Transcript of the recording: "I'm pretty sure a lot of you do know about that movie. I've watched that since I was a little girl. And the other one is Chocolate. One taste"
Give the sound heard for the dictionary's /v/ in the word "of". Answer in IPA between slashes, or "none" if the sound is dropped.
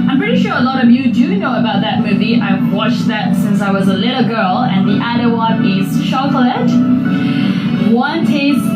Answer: /v/